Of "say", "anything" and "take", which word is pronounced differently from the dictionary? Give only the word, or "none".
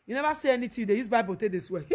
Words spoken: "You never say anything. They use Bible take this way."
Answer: anything